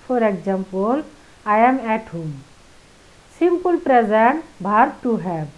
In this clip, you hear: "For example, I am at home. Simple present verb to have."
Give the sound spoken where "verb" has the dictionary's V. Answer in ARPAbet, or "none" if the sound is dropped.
B